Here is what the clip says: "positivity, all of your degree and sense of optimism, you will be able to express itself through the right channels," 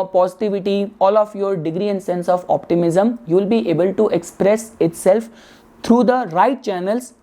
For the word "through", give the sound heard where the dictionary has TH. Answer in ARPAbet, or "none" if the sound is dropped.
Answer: T